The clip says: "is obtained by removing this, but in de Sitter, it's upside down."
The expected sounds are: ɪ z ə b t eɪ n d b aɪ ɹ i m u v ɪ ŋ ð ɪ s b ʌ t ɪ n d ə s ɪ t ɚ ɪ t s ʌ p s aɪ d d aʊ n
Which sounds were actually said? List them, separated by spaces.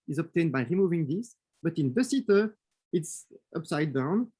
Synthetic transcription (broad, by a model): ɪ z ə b t eɪ n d b aɪ ɹ i m u v ɪ ŋ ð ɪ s b ʌ t ɪ n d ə s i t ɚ ɪ t s ʌ p s aɪ d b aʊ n